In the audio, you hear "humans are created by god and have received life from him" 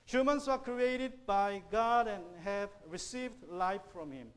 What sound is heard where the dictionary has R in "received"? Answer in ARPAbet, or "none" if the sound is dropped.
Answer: R